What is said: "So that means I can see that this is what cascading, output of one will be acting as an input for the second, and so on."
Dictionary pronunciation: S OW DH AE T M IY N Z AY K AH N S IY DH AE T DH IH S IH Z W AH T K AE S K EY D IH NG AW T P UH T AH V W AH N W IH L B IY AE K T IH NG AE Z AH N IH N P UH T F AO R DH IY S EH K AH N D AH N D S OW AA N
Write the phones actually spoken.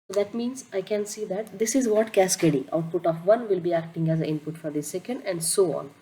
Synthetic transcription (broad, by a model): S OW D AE T M IY N Z AY K AH N S IY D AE T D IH S IH Z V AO T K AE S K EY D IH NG AW T P UH T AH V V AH N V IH L B IY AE K T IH NG AE Z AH IH N P UH T F AO R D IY S EH K AH N D AH N D S OW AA N